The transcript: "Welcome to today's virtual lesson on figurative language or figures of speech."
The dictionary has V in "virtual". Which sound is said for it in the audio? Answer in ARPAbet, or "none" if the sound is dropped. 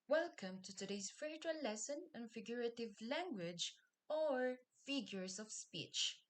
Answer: F